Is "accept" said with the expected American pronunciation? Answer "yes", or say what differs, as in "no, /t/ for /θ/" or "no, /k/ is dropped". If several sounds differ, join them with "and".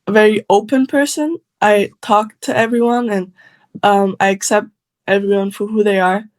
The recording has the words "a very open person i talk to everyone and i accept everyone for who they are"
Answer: yes